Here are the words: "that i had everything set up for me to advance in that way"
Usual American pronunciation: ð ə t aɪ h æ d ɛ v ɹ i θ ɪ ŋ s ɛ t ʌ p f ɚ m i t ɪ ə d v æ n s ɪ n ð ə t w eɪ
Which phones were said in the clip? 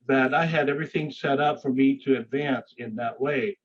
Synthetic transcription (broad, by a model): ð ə t aɪ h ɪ d ɛ v ɹ i θ ɪ ŋ s ɛ t ʌ p f ɚ m i t ɪ ə d v æ n s ɪ n ð ə t w eɪ